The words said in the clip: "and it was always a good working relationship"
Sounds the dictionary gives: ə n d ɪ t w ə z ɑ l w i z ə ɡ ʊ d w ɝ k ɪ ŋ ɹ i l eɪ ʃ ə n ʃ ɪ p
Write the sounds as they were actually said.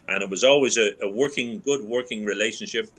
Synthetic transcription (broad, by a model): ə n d ɪ t w ə z ɑ l w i z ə ɡ ʊ d w ɝ k ɪ ŋ ɹ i l eɪ ʃ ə n ʃ ɪ p